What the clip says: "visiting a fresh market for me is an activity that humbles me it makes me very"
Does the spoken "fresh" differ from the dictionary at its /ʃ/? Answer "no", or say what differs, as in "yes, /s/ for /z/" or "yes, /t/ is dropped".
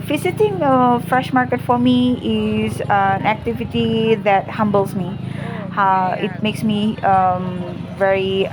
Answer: no